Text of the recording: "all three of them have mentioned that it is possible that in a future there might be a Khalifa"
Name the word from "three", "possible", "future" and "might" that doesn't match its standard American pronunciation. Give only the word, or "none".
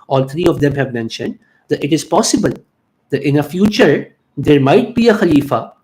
three